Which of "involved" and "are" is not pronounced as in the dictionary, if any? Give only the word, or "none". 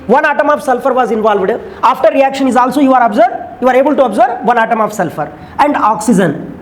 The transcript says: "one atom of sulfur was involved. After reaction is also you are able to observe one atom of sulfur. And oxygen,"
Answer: none